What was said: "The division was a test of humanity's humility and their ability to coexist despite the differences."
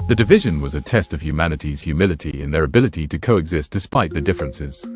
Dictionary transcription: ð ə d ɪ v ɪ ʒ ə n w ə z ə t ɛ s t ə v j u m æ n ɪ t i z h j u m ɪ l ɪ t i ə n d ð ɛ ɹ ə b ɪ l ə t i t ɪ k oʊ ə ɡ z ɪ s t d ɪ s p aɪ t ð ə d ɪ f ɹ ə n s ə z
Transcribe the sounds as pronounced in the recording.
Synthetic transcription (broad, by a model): ð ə d ɪ v ɪ ʒ ə n w ə z ə t ɛ s t ə v j u m æ n ɪ t i z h j u m ɪ l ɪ t i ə n ð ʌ ɹ ə b ɪ l ə t i t ɪ k oʊ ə ɡ z ɪ s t d ɪ s p aɪ t ð ə d ɪ f ɹ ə n s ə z